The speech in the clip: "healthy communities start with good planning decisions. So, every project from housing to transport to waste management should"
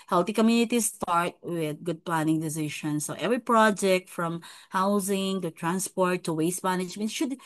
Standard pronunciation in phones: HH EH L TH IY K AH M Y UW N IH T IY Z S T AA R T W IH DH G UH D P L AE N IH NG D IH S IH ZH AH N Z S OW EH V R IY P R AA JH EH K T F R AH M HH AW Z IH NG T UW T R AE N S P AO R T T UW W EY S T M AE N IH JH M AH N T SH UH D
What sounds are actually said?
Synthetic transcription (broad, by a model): HH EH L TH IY K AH M Y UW N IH T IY S T AA R T W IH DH G UH D P L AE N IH NG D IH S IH SH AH N S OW EH V R IY P R AA JH EH K T F R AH M HH AW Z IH NG T UW T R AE N S P AO R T T UW W EY S T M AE N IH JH M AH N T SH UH D